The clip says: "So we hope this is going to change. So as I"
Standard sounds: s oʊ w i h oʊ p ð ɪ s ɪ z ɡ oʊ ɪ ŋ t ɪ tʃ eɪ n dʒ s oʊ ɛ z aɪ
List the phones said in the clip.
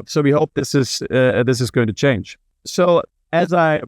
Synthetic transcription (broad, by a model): s oʊ w i h oʊ p ð ɪ s ɪ z ɡ oʊ ɪ ŋ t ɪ tʃ eɪ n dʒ s oʊ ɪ z aɪ